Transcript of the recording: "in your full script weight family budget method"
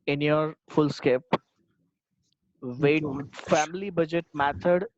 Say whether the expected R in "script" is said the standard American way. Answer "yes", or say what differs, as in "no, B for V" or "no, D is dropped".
no, R is dropped